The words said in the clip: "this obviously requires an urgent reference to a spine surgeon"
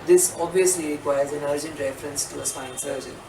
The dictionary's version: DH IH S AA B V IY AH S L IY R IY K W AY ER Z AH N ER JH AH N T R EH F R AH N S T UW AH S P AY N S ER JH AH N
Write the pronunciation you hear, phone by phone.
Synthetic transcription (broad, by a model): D IH S AA B V IY AH S L IY R IY K W AY ER Z AH N ER JH AH N T R EH F R AH N S T UW AH S AY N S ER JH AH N